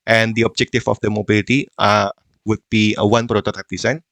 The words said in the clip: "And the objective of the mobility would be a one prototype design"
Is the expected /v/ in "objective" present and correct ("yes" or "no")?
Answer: no